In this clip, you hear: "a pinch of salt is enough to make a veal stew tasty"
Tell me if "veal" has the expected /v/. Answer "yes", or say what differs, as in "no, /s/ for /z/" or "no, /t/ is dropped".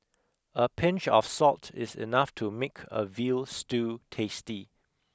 yes